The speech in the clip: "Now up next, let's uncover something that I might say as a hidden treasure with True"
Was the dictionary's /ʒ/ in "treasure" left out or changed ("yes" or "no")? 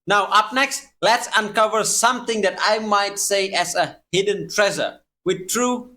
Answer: yes